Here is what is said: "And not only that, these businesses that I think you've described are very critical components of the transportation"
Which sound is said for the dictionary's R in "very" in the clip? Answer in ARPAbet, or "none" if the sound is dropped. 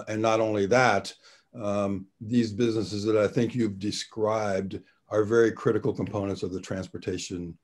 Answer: R